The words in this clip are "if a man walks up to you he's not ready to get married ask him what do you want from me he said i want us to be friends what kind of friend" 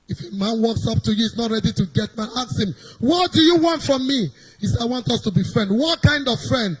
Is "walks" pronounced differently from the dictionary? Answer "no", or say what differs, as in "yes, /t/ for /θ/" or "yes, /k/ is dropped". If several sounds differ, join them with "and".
no